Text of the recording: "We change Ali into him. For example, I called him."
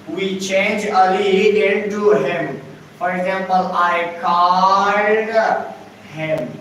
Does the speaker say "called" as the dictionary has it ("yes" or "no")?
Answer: no